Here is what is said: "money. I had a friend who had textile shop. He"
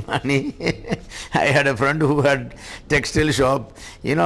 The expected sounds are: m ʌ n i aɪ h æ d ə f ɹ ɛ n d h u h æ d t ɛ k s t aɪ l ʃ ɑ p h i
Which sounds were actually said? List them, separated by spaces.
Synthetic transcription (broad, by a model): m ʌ n i aɪ h æ d ə f ɹ ɛ n d h u h æ d t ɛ k s t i l ʃ ɑ p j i